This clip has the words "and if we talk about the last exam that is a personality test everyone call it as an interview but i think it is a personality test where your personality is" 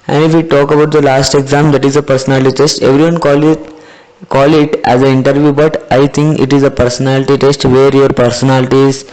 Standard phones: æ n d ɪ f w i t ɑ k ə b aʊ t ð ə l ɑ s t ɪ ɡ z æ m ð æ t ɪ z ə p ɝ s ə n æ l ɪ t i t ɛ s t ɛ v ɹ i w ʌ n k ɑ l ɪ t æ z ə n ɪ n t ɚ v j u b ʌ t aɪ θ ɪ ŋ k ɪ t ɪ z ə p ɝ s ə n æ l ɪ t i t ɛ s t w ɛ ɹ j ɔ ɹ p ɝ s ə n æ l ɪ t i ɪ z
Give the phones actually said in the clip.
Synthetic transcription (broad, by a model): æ n d ɪ f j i t ɑ k ə b aʊ t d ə l ɑ s t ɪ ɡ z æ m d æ t ɪ z ə p ɝ s ə n æ l ɪ t i t ɛ s t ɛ v ɹ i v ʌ n k ɑ l ɪ t æ z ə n ɪ n t ɚ v j u b ʌ t aɪ t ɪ ŋ k ɪ t ɪ z ə p ɝ s ə n æ l ɪ t i t ɛ s t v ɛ ɹ j ɔ ɹ p ɝ s ə n æ l ɪ t i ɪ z